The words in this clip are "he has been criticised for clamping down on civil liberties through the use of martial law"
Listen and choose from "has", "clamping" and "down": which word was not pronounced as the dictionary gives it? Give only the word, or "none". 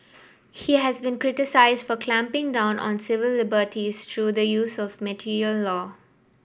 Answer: none